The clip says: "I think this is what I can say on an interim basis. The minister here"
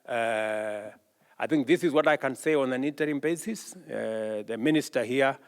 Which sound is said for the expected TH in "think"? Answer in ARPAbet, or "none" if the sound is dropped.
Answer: TH